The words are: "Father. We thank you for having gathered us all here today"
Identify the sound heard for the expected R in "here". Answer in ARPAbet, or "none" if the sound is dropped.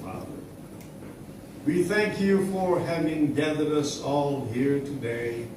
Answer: R